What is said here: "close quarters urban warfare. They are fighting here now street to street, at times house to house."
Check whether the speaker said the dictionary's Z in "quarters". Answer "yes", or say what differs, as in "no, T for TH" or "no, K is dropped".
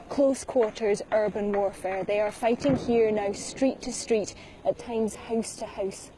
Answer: yes